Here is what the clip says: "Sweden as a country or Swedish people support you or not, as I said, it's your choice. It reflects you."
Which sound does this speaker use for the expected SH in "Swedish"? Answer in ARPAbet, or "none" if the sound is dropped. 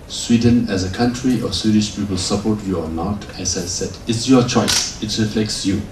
SH